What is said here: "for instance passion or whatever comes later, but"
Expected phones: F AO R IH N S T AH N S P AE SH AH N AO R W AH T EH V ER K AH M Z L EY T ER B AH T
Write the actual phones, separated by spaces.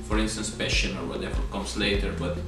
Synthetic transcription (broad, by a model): F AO R IH N S T AH N S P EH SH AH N AO R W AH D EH F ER K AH M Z L EY T ER B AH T